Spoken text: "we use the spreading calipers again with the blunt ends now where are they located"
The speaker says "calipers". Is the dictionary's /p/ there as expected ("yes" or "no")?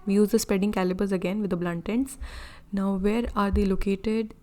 no